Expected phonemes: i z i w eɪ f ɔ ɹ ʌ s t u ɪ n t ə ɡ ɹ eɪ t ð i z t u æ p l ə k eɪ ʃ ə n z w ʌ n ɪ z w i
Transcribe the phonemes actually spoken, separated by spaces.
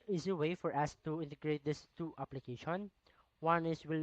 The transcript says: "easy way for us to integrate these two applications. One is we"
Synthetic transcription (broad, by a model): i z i w eɪ f ɔ ɹ ʌ s t u ɪ n t ə ɡ ɹ eɪ t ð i s t u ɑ p l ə k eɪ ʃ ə n w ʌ n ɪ s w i